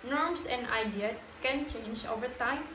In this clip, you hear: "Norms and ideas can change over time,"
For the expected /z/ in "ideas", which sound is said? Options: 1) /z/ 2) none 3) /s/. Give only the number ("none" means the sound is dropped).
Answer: 2